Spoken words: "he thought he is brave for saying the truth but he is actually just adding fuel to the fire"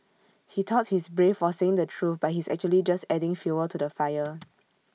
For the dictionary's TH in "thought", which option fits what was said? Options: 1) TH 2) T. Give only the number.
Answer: 2